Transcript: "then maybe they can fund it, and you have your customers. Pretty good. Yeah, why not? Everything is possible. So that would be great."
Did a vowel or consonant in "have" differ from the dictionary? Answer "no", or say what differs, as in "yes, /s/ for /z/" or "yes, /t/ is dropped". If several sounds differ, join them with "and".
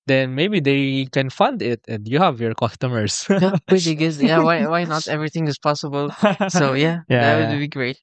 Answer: no